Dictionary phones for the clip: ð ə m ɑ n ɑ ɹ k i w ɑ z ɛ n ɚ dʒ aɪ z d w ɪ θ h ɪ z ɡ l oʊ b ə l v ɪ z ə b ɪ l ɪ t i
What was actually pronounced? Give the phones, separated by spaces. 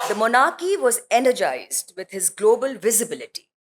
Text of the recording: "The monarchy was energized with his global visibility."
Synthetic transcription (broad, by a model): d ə m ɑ n ɑ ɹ k i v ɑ z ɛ n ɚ dʒ aɪ z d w ɪ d h ɪ z ɡ l oʊ b ə l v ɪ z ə b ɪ l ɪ t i